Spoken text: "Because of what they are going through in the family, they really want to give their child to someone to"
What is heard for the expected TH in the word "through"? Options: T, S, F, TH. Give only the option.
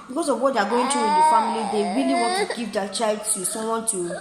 T